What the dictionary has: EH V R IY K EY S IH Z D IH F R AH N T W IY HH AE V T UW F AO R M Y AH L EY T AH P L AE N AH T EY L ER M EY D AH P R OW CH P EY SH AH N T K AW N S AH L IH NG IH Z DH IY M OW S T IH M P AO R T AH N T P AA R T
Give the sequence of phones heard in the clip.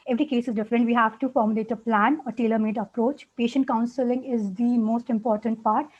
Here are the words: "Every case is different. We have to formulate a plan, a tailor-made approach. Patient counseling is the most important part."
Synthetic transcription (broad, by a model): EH V R IY K EY S IH Z D IH F R AH N T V IY HH AE V T UW F AO R M Y AH L EY T AH P L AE N AH T EY L ER M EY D AH P R OW CH P EY SH AH N T K AW N S AH L IH NG IH Z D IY M OW S T IH M P AO R T AH N T P AA R T